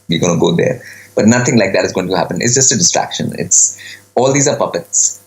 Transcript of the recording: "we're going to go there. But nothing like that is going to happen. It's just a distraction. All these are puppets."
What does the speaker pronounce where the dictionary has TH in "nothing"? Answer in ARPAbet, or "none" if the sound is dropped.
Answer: T